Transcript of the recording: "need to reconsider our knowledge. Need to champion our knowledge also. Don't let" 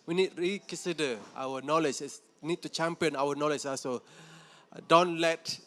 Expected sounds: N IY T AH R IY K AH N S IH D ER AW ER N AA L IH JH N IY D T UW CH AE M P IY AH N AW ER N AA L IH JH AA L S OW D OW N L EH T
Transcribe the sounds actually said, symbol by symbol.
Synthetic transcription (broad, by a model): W IY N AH R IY K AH N S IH D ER AW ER N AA L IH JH N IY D T UW CH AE M P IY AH N AW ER N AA L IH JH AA S OW D OW N L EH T